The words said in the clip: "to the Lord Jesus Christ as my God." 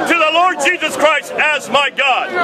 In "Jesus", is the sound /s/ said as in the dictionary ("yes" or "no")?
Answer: yes